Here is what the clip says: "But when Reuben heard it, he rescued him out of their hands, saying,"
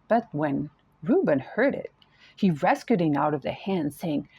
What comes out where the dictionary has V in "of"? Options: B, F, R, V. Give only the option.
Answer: V